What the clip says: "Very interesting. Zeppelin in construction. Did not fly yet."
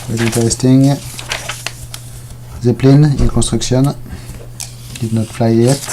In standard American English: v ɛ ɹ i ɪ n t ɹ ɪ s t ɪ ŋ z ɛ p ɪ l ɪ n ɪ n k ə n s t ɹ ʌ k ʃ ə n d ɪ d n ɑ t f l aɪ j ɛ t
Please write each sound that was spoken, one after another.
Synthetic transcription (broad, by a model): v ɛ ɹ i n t ɪ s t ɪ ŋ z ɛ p l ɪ n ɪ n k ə n s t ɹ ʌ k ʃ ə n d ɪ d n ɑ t f l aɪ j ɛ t